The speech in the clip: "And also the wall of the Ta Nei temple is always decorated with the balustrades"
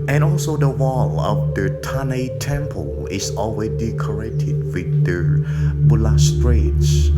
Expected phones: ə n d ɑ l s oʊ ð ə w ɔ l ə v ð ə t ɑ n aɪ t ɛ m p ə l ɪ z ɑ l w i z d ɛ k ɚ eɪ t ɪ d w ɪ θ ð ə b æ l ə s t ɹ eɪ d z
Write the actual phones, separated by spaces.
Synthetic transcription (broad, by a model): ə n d ɑ l s oʊ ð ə w ɔ l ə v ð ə t ɑ n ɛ t ɛ m p ə l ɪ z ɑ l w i d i k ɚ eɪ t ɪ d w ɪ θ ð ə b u l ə s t ɹ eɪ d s